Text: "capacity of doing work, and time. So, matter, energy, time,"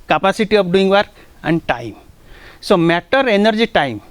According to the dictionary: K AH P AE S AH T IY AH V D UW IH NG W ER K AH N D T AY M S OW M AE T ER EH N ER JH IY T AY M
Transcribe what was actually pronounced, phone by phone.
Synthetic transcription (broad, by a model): K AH P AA S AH T IY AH P D UW IH NG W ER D AH N D T AY M S OW M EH T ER EH N ER JH IY T AY M